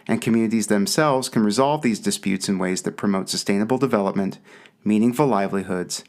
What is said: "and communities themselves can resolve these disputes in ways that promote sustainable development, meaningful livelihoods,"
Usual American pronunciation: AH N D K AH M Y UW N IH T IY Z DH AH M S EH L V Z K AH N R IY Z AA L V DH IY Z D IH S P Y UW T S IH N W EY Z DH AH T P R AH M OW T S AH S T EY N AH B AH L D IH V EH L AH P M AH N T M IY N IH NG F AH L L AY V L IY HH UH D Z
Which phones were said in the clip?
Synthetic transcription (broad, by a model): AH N K AH M Y UW N IH T IY Z DH AH M S EH L V Z K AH N R IY Z AA L V DH IY Z D IH S P Y UW T S IH N W EY Z DH AH T P R AH M OW T S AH S T EY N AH B L D IH V EH L AH P M AH N T M IY N IH NG F AH L L AY V L IY HH UH D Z